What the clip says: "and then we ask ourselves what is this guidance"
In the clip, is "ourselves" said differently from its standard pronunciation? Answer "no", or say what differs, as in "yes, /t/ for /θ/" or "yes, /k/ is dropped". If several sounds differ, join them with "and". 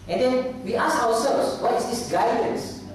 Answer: yes, /w/ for /ɹ/